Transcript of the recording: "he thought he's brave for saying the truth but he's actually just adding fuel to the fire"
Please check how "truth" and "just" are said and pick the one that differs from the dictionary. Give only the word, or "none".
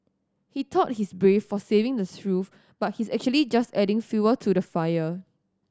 truth